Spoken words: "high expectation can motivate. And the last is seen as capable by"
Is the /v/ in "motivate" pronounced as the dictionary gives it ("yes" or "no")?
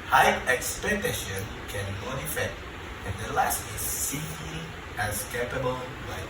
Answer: no